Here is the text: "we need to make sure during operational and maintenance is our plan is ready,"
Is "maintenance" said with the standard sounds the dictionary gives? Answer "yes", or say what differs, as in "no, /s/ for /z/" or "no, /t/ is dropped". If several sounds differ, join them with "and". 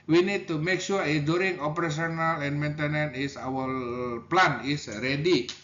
no, /s/ is dropped